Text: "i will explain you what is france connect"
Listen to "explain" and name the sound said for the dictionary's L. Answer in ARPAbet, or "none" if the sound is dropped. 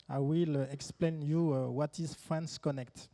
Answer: L